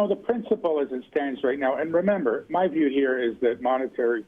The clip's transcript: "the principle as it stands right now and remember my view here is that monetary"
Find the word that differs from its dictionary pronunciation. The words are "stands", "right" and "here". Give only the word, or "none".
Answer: none